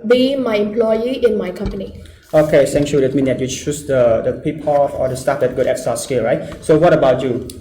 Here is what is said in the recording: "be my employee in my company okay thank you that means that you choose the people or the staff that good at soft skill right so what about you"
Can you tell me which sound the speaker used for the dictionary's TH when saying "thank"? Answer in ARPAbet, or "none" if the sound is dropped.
S